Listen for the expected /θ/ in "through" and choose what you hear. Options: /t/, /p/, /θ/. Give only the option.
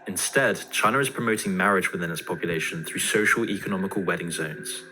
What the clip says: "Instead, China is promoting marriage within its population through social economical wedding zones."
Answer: /θ/